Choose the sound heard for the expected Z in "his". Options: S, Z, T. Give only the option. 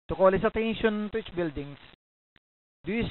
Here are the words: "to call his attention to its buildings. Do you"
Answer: S